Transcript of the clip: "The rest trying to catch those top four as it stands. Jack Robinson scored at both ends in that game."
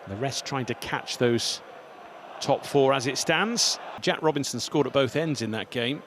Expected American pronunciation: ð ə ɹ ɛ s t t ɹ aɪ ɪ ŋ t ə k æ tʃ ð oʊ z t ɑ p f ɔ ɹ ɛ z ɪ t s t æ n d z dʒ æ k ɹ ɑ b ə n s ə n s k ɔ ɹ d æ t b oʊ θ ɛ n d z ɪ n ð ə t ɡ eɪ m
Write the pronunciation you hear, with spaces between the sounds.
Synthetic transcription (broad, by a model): ð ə ɹ ɛ s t t ɹ aɪ ɪ ŋ t ə k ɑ tʃ ð oʊ z t ɑ p f ɔ ɹ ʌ z ɪ t s t æ n d z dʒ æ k ɹ ɑ b ə n s ə n s k ɔ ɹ d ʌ t b oʊ θ ɛ n d z ɪ n ð ə t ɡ eɪ m